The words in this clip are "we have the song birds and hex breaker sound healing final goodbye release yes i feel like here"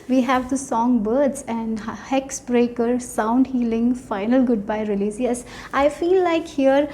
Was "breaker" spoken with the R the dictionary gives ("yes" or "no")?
yes